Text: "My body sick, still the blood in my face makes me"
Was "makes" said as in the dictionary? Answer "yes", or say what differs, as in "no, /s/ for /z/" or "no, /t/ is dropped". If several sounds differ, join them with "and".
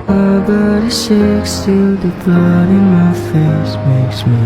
yes